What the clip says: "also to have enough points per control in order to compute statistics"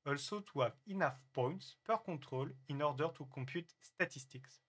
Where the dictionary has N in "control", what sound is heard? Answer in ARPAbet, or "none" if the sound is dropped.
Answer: none